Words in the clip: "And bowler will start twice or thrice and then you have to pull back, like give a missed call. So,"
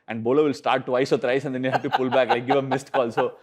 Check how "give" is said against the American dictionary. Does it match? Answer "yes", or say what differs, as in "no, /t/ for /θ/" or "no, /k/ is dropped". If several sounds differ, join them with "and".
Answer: yes